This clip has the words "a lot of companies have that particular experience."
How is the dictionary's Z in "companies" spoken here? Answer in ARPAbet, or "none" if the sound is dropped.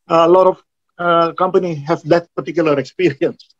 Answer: none